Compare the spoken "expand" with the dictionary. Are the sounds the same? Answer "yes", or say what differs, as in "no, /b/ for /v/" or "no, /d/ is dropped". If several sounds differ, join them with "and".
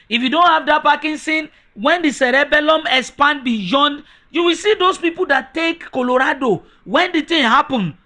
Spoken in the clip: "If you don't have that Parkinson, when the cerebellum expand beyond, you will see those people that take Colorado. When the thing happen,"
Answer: no, /k/ is dropped